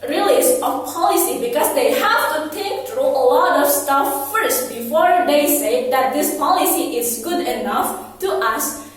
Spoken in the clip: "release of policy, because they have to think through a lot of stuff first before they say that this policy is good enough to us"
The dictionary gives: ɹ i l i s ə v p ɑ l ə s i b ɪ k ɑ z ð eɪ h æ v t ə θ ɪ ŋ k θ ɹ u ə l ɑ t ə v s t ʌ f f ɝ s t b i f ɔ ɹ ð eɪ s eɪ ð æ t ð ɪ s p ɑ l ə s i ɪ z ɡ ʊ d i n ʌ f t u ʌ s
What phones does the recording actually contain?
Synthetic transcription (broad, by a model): ɹ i l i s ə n p ɑ l ə s i b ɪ k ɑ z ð eɪ h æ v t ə t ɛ k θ ɹ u ə l ɑ t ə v s t ʌ f f ɝ s t b i f ɔ ɹ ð eɪ s eɪ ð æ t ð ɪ s p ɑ l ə s i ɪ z ɡ ʊ d i n ʌ f t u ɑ s